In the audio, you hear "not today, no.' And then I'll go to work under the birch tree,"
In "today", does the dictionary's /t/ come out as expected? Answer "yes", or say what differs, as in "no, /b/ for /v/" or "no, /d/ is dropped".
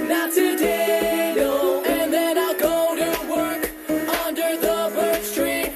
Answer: no, /s/ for /t/